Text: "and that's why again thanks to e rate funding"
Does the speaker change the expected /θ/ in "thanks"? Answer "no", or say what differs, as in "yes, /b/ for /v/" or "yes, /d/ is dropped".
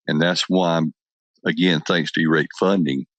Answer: no